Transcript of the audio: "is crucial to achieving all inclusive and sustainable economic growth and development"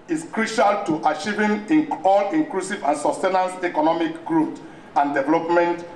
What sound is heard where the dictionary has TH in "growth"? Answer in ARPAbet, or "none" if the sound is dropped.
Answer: T